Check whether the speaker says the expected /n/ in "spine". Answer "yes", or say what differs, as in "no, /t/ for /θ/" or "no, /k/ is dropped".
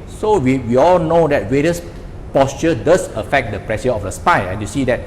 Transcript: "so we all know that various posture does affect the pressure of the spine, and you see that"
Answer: no, /n/ is dropped